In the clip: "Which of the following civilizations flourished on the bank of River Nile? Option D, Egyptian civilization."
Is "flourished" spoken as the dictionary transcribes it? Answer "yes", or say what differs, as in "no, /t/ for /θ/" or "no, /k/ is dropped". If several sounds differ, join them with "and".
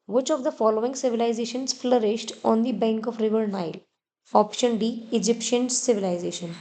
yes